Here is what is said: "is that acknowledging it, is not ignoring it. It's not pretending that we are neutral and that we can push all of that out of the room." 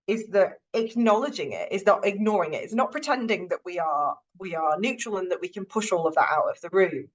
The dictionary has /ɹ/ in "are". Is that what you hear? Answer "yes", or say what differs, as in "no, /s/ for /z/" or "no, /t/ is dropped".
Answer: no, /w/ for /ɹ/